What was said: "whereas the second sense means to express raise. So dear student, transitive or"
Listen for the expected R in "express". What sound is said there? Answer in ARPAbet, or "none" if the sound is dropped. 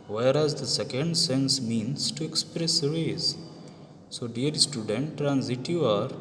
R